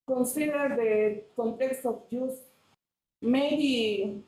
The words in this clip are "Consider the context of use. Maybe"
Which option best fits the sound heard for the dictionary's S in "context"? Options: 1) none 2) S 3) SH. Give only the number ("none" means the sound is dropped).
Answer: 2